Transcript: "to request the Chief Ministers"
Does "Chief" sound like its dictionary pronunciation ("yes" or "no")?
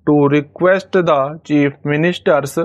no